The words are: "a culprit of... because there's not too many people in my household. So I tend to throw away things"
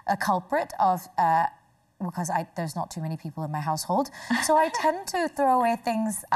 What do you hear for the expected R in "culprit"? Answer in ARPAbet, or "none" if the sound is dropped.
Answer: R